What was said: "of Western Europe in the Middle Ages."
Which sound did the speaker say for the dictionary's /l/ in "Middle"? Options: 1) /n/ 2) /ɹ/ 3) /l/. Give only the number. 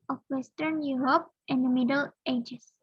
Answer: 3